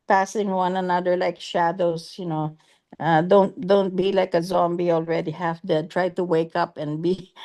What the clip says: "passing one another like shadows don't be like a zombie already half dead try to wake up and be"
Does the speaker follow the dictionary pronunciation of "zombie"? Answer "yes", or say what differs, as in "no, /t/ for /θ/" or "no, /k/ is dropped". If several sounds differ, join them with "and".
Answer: yes